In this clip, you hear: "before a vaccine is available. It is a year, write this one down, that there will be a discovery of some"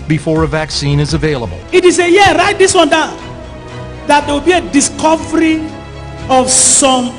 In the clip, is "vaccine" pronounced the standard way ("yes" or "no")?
yes